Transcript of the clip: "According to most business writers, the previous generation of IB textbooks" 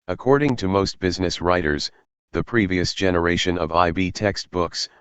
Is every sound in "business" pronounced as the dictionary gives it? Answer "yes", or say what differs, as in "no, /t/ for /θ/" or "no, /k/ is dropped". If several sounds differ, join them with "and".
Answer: yes